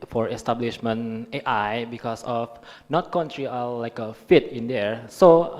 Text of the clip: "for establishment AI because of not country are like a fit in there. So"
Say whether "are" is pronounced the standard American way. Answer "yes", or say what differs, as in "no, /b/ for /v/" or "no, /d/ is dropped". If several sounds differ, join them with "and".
no, /l/ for /ɹ/